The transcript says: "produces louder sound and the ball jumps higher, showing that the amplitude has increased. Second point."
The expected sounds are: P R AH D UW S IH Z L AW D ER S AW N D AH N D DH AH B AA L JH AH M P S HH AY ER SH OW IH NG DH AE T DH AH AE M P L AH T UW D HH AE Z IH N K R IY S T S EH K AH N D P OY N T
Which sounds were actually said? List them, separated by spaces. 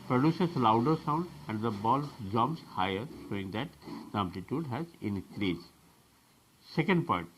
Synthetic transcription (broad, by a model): P R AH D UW S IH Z L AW D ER S AW N D AH N D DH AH B AA L JH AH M S HH AY ER SH OW IH NG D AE T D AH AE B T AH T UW D HH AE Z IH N K R IY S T S EH K AH N D P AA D T